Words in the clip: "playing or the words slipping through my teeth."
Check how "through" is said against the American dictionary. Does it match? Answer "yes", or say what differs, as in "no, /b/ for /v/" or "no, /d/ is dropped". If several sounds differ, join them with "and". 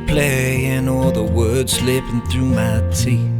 yes